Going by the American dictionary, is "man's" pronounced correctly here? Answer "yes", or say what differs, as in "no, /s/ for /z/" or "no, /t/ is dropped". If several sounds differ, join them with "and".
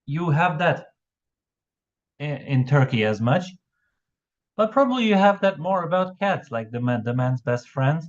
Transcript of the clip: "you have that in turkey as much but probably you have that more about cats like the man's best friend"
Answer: yes